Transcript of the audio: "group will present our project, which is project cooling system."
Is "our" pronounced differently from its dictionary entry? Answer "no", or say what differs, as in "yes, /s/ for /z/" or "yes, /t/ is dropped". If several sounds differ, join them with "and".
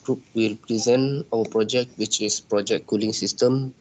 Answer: yes, /w/ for /ɹ/